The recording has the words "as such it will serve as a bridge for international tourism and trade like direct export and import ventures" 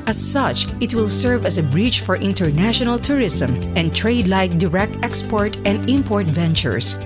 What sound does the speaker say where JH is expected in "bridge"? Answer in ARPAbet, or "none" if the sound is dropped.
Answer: CH